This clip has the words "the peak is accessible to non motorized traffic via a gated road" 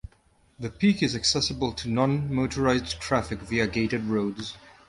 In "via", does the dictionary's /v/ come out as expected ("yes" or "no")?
yes